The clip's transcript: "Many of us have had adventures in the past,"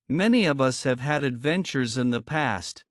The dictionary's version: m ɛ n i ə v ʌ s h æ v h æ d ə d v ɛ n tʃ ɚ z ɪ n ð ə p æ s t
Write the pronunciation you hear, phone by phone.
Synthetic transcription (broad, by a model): m ɛ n i ə v ʌ s h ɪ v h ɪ d ə d v ɛ n tʃ ɚ z ɪ n ð ə p æ s t